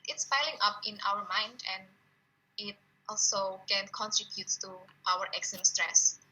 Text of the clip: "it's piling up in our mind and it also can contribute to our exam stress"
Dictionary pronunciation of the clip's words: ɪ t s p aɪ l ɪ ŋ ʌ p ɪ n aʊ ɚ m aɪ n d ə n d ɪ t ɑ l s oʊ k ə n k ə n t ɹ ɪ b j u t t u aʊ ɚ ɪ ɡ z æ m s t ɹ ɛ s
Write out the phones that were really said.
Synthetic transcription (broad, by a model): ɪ t s f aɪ l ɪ ŋ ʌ p ɪ n aʊ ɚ m aɪ n d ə n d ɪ t ɑ l s oʊ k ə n k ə n t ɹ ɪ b j u t t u aʊ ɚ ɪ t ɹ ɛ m s t ɹ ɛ s